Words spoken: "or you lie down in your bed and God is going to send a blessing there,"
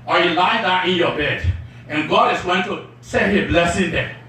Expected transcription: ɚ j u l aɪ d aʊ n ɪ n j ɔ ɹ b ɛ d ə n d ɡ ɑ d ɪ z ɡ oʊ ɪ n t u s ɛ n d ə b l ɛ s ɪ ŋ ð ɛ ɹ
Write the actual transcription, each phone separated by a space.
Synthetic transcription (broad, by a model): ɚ j u l aɪ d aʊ ɪ n j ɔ b ɛ d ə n ɡ ɑ d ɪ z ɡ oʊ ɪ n t u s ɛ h ə b l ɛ s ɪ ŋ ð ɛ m